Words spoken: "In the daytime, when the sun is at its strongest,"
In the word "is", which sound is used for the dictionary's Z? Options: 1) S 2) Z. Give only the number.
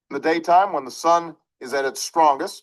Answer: 2